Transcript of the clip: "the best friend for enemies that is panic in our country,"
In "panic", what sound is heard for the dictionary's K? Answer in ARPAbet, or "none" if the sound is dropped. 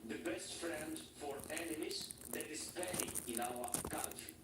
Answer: none